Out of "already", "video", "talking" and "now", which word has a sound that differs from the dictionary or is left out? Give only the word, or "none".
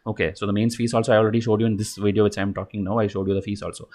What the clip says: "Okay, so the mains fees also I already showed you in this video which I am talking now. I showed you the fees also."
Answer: none